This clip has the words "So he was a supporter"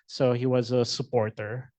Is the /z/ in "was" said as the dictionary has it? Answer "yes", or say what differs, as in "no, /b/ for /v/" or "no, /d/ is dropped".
yes